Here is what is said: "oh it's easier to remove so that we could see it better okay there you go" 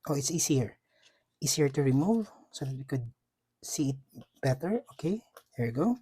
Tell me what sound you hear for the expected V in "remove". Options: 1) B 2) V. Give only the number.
2